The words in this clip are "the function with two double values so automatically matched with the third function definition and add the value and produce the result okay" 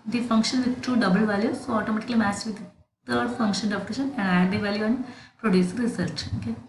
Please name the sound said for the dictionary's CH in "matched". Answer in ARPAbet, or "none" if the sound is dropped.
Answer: S